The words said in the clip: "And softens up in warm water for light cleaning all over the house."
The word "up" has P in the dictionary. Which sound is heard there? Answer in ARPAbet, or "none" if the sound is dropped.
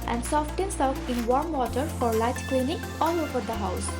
F